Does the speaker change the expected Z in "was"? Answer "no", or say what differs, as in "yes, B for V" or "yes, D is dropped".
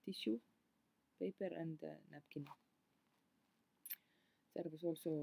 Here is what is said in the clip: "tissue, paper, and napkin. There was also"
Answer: yes, S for Z